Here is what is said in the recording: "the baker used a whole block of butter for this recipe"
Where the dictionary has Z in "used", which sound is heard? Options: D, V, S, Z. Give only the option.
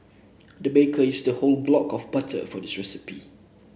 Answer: S